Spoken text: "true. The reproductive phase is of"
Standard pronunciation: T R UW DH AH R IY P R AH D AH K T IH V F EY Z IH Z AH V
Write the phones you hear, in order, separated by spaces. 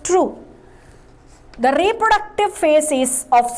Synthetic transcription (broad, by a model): T R UW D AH R IY P R AH D AH K T IH V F EY S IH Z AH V